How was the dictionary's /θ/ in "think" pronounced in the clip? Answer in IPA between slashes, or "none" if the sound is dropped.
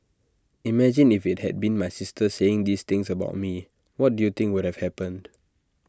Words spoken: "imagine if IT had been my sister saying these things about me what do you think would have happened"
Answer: /t/